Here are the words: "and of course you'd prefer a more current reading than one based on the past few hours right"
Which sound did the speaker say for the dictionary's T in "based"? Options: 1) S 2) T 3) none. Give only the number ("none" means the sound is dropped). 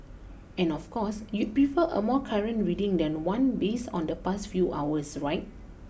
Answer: 3